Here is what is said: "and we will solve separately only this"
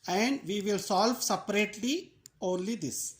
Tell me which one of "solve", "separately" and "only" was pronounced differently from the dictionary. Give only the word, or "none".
none